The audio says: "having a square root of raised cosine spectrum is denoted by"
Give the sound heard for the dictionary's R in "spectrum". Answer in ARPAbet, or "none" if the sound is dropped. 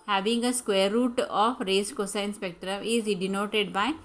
none